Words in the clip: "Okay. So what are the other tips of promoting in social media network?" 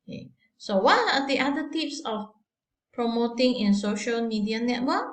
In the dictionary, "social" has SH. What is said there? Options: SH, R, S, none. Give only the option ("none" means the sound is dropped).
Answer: SH